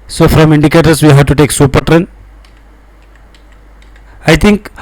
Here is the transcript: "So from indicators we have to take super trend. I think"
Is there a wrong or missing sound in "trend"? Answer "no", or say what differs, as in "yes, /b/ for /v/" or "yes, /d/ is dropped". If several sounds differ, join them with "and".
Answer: yes, /d/ is dropped